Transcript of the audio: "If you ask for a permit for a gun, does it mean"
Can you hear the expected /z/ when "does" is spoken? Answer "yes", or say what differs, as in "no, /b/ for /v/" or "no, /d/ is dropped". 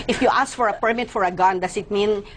no, /s/ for /z/